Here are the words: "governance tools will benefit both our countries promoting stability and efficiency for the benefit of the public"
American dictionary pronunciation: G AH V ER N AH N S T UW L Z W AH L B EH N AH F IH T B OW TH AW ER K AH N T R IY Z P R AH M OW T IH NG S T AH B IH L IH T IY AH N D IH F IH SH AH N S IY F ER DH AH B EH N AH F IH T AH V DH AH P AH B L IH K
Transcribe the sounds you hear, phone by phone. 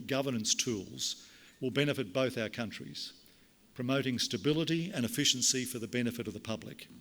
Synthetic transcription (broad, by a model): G AH V ER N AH N S T UW L Z W AH L B EH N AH F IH T B OW TH AW ER K AH N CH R IY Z P R AH M OW T IH NG S T AH B IH L IH T IY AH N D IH F IH SH N S IY F ER DH AH B EH N AH F IH T AH V DH AH P AH B L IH K